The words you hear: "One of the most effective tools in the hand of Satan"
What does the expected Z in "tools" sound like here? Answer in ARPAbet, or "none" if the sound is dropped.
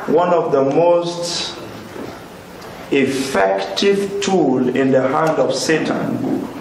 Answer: none